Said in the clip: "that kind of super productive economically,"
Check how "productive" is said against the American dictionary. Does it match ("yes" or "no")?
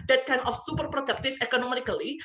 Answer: no